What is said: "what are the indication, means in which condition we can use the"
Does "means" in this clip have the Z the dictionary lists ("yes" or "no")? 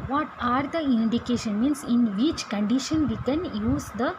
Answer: no